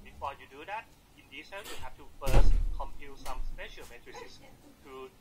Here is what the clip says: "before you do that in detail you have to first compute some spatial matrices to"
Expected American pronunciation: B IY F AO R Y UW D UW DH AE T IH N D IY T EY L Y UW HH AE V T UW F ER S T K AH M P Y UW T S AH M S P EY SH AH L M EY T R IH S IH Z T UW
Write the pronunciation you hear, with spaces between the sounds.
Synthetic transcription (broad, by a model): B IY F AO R Y UW D UW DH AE T IH N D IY S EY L Y UW HH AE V T UW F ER S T K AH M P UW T S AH M S P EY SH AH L M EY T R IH S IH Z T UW